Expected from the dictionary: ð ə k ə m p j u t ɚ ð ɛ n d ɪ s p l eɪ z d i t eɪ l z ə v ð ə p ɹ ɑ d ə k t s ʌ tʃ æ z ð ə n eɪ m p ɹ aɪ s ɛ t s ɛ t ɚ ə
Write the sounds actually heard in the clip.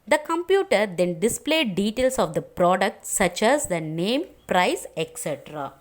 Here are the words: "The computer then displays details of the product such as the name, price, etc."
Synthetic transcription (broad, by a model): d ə k ə m p j u t ɚ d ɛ n d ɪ s p l eɪ d i t eɪ l s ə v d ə p ɹ ɑ d ə k t s ʌ tʃ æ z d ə n eɪ m p ɹ aɪ s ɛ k s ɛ t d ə